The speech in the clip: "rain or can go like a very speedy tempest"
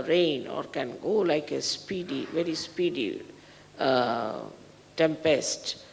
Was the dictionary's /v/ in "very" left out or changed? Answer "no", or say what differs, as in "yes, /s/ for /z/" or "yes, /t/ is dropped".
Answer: no